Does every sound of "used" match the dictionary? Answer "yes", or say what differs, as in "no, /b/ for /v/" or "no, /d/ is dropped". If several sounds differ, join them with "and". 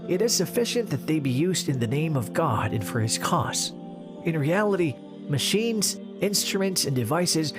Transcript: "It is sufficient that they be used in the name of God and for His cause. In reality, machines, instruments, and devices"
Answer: yes